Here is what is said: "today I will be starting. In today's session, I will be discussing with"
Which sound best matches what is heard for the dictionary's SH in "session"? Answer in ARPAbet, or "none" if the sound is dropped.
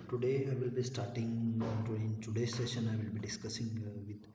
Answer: SH